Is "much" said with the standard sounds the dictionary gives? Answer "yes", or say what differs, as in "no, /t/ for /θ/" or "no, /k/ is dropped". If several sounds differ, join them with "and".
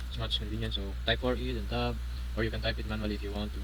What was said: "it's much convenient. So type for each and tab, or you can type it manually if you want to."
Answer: no, /s/ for /tʃ/